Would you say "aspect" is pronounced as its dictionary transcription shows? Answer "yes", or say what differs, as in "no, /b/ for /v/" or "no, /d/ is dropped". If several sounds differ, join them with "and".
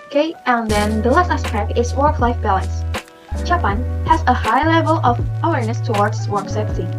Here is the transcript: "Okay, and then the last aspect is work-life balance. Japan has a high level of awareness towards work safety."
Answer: no, /t/ is dropped